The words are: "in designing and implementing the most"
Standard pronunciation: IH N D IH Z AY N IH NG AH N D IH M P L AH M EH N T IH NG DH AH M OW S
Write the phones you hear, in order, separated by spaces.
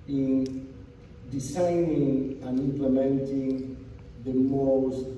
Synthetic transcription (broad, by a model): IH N D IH S AY N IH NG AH N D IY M P L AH M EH N T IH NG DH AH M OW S